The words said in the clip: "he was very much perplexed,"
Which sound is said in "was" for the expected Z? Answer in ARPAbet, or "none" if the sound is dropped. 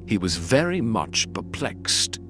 Z